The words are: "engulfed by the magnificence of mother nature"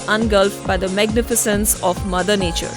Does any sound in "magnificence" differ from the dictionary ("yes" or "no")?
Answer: no